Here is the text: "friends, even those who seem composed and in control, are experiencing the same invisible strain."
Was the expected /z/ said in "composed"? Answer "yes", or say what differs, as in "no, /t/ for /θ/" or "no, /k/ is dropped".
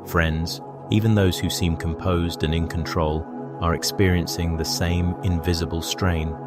yes